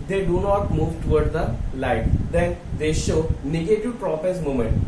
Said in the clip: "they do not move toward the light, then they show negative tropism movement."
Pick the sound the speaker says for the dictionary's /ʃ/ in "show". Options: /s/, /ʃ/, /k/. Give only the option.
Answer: /ʃ/